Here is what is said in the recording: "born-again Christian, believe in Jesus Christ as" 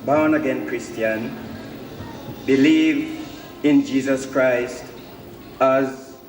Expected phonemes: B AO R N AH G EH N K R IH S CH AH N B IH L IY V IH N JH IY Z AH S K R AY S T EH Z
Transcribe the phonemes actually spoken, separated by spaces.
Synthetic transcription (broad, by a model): B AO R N AH G EH N K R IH S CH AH N B IH L IY V IH N JH IY Z AH S K R AY S T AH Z